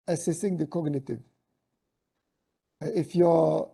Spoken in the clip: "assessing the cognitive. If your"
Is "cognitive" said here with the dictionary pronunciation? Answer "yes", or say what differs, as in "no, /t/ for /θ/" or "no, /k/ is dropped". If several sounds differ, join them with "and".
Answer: yes